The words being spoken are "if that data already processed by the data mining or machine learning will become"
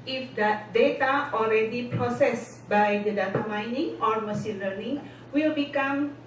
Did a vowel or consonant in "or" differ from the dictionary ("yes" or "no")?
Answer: no